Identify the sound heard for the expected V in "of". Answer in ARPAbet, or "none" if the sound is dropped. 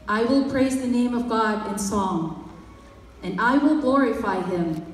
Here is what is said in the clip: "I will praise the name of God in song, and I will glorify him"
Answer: V